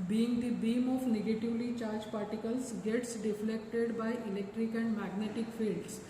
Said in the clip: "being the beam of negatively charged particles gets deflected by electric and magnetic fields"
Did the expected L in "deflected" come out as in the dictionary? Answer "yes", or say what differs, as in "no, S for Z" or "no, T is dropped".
yes